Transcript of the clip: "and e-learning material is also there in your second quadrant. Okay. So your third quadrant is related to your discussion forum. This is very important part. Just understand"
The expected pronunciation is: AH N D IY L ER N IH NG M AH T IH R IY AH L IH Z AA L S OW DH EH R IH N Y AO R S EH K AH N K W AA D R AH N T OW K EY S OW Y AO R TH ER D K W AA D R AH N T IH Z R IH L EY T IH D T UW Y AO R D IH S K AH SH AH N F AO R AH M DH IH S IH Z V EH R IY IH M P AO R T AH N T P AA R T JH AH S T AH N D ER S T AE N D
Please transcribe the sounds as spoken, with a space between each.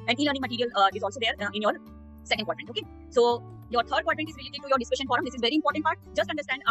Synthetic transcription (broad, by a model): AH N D IY L ER N IH NG M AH T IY R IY AH L IH Z AA L S OW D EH R IH N Y AO R S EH K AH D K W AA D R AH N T OW K EY S OW Y AO R T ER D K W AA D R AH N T IH Z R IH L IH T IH T UW Y AO R D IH S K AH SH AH N F AO R AH M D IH S IH Z V EH R IY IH M P AO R T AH N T P AA R T JH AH S T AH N D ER S T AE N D